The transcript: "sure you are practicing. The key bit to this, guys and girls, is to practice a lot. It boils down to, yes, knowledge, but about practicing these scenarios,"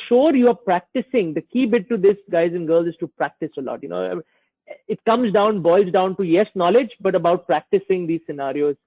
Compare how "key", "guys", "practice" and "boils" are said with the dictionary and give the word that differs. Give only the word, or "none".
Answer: none